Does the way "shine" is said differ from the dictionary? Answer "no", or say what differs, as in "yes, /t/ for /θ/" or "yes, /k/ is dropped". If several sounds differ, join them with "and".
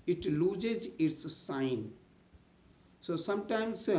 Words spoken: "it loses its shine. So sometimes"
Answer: yes, /s/ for /ʃ/